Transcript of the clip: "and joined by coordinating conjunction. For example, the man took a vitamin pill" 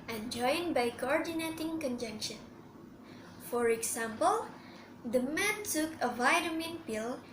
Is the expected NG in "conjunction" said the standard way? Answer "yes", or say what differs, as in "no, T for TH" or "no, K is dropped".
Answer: yes